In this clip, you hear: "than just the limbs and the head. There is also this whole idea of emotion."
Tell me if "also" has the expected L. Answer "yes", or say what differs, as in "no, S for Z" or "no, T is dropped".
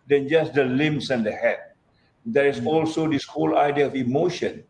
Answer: yes